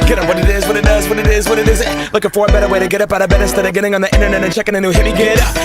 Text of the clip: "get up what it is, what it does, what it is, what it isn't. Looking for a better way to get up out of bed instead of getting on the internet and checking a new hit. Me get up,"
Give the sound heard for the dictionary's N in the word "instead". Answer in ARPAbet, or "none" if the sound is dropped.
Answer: none